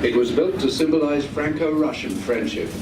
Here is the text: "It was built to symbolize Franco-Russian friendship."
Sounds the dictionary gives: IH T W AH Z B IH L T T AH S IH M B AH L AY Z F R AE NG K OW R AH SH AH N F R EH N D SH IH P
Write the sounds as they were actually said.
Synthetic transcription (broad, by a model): IH T W AH Z B IH L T T AH S IH M B AH L AY Z F R AE NG K OW R AH SH AH N F R EH N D SH IH P